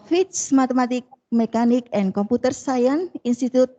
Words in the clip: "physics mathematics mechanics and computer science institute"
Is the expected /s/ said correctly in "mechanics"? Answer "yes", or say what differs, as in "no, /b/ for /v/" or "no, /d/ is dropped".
no, /s/ is dropped